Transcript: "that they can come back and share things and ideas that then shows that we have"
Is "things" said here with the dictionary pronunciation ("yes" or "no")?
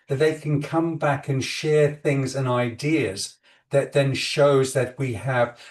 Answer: yes